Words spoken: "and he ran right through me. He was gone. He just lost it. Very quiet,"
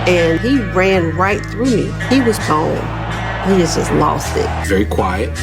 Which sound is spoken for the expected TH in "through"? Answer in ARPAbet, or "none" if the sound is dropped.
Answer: TH